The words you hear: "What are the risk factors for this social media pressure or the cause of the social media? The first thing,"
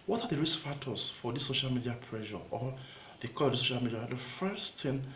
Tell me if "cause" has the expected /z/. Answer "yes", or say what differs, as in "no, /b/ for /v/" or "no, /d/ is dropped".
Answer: no, /z/ is dropped